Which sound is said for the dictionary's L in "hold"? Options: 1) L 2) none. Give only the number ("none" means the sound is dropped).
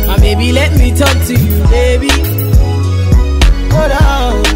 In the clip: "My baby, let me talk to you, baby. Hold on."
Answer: 2